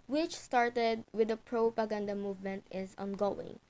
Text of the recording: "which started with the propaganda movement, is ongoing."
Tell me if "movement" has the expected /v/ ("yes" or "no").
yes